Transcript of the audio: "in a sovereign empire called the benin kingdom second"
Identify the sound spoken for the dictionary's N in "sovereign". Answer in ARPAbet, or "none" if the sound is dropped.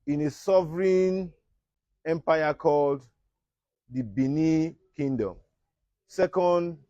N